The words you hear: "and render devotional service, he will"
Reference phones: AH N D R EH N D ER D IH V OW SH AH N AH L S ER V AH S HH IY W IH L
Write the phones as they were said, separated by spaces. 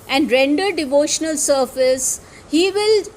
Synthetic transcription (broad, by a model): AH N D R EH N D ER D IH V OW SH AH N AH L S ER F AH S HH IY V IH L